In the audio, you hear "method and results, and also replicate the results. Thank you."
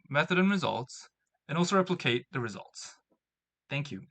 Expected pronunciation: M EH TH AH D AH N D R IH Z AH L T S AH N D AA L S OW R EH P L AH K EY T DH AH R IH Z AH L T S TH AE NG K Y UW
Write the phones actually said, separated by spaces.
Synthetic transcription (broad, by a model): M EH TH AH D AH N R IH Z AH L T S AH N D AA L S OW R EH P L AH K EY T DH AH R IH Z AH L T S TH AE NG K Y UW